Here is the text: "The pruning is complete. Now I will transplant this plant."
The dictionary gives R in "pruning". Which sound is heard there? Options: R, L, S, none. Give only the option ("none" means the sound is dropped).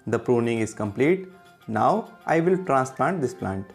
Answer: R